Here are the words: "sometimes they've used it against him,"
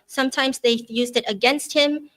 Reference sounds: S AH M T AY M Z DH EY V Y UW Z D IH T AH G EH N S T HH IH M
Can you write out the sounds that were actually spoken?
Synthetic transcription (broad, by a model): S AH M T AY M Z DH EY Y UW Z D IH T AH G EH N S T HH IH M